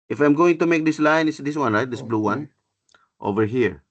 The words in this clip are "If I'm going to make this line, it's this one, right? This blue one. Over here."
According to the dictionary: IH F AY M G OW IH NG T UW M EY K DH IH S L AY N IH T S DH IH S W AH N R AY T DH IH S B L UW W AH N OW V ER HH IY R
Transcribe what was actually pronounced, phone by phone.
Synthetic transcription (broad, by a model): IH F AY M G OW IH NG T UW M EY K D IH S L AY N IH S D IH S W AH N L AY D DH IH S B L UW W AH N OW V ER HH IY R